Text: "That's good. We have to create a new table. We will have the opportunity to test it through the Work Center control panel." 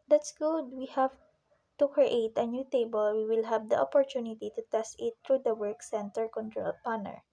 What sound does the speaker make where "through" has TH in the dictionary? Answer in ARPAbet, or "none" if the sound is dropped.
T